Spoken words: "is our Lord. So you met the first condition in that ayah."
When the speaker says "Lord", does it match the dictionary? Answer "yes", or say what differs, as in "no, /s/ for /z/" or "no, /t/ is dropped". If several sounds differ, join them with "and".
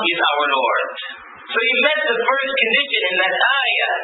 no, /n/ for /l/